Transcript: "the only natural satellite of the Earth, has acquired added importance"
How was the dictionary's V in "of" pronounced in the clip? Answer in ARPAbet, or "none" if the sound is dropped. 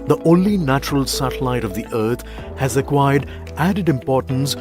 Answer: V